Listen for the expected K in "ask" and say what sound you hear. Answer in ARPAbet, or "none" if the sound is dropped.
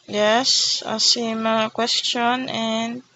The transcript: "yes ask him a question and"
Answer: none